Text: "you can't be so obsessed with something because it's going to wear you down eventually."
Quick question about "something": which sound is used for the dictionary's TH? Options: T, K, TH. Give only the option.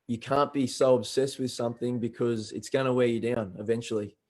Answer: TH